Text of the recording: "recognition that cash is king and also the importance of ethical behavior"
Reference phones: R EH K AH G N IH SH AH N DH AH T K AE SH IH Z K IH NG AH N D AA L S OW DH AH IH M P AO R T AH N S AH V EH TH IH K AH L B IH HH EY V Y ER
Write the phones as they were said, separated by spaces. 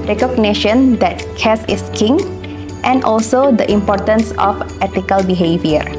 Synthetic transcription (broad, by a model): R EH K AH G N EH SH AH N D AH T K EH S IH S K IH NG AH N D AA L S OW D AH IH M P AO T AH N S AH F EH T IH K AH L B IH HH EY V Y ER